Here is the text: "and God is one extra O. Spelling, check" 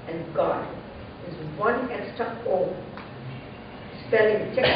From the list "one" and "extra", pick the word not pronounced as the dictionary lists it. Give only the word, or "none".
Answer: extra